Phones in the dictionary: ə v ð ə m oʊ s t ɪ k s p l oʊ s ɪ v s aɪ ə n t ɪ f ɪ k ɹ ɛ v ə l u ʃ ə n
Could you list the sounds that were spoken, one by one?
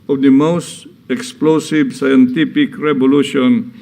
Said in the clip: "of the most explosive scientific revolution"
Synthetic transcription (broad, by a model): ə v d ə m oʊ s t ɪ k s p l oʊ s ɪ v s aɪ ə n t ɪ p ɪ k ɹ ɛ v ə l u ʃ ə n